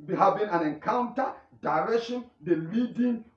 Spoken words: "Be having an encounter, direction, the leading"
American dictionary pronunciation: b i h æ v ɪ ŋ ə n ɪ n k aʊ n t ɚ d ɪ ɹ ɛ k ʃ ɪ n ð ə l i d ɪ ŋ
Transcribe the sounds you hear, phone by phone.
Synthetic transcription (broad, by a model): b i h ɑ b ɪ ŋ ə n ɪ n k aʊ n t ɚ d ɪ ɹ ɛ k ʃ ɪ n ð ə l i d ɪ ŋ